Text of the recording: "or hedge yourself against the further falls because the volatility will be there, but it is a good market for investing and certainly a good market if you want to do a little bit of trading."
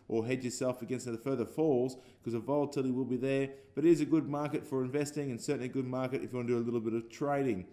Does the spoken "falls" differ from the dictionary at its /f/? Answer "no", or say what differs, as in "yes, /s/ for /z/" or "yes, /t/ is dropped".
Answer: no